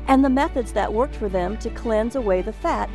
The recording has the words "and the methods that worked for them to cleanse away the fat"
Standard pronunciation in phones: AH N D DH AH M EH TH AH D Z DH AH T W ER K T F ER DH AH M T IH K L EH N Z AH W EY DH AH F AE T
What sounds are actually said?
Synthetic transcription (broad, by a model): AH N DH AH M EH TH AH D Z DH AH T W ER K T F ER DH AH M T IH K L EH N Z AH W EY DH AH F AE T